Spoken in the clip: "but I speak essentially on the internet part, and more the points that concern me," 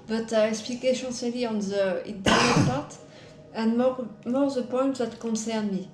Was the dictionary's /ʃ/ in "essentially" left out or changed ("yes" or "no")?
yes